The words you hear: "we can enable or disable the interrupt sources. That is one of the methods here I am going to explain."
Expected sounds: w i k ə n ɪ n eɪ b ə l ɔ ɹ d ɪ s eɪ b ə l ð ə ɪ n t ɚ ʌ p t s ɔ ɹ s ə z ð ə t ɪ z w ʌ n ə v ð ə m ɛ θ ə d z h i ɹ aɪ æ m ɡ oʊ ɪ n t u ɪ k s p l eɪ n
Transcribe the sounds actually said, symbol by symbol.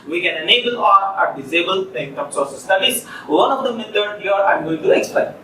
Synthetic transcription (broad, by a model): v i k ə n ɪ n eɪ b ə l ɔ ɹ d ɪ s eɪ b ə l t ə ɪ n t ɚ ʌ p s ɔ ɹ s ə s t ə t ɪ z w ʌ n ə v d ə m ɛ t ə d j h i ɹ aɪ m ɡ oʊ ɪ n t u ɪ k s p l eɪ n